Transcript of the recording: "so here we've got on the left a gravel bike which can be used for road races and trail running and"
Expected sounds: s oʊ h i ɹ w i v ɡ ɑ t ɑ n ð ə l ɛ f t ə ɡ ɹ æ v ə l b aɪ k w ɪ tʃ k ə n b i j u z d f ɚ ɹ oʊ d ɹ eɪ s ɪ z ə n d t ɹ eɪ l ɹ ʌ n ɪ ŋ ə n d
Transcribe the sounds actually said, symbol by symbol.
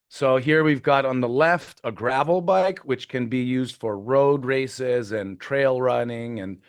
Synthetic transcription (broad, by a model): s oʊ h i ɹ w i v ɡ ɑ t n ð ə l ɛ f t ə ɡ ɹ æ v l b aɪ k w ɪ tʃ k ə n b i j u z d f ɚ ɹ oʊ d ɹ eɪ s ɪ z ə n t ɹ eɪ l ɹ ʌ n ɪ ŋ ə n